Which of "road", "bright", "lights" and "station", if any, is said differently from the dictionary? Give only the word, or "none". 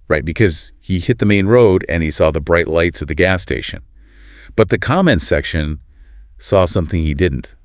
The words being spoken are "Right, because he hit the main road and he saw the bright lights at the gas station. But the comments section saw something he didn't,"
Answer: none